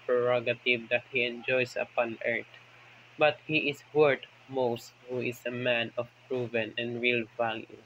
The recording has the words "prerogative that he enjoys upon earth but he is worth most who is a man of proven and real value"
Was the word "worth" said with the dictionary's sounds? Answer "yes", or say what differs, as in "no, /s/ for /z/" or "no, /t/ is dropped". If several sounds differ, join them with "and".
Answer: no, /t/ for /θ/